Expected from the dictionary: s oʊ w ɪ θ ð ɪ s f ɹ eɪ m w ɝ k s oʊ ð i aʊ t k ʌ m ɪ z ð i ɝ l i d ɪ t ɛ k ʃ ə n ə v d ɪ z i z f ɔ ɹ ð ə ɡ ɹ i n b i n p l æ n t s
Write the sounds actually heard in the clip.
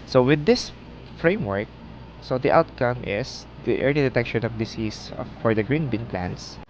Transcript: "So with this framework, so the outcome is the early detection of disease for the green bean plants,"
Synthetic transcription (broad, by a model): s oʊ w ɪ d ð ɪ s f ɹ eɪ m w ɝ k s oʊ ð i aʊ t k ʌ m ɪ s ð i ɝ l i d ɪ t ɛ k ʃ ə n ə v d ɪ s i s f ɔ ɹ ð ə ɡ ɹ i n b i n p l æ n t s